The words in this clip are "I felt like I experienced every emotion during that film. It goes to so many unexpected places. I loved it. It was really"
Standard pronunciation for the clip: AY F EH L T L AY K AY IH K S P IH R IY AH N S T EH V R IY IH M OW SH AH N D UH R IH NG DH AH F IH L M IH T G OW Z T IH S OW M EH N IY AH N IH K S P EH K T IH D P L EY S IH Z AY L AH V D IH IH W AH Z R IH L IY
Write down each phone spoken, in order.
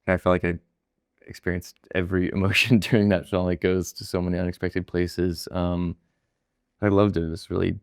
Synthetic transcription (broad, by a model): AY F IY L L AY K AY IH K S P IH R IY AH N S T EH V R IY IH M OW SH AH N D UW IH NG DH AH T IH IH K G OW Z T IH S OW M EH N IY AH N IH K S P EH K T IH D P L EY S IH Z AY L AH V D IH IH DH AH S R IH L IY